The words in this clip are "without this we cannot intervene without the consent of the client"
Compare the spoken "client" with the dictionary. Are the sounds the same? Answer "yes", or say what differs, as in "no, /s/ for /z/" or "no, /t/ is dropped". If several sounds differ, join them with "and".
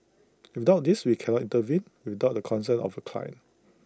no, /t/ is dropped